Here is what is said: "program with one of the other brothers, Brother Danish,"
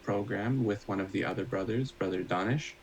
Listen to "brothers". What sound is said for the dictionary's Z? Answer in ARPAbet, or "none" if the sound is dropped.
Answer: Z